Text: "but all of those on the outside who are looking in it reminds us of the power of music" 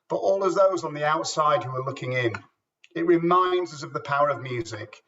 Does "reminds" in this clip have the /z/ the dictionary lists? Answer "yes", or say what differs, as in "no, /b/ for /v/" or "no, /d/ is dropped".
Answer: yes